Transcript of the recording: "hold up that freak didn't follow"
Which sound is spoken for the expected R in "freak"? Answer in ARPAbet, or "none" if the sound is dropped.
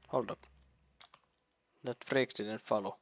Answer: R